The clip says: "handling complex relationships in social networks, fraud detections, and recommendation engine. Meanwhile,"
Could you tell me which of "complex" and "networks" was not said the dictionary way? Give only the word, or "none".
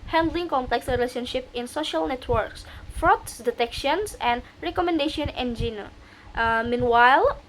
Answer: none